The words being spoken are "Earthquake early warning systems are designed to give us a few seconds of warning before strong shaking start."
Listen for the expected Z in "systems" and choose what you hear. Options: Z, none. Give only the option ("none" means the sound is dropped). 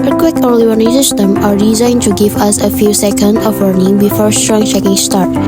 none